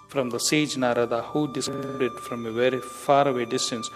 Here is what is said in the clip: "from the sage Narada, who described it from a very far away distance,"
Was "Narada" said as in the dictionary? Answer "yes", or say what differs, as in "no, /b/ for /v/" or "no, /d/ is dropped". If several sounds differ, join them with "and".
yes